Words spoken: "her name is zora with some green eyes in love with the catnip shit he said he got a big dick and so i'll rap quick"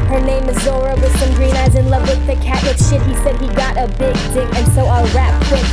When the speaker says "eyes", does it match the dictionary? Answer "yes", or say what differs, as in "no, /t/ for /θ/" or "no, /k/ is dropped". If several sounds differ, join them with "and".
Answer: yes